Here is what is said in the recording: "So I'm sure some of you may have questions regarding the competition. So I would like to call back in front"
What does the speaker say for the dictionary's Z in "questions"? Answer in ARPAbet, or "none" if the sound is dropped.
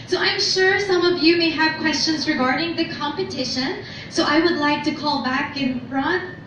Z